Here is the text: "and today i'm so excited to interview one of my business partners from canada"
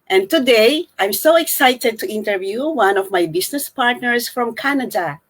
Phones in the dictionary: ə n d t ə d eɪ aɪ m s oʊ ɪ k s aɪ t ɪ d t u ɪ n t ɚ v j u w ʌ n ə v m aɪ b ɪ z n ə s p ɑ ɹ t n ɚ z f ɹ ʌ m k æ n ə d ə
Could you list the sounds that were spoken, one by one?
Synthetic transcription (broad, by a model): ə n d t ə d eɪ aɪ m s oʊ ɪ k s aɪ t ɪ d t u ɪ n t ɚ v j u w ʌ n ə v m aɪ b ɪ s n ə s p ɑ ɹ t n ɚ s f ɹ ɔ m k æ n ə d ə